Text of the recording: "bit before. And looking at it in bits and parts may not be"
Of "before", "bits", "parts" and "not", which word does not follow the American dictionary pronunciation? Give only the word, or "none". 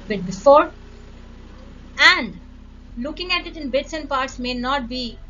none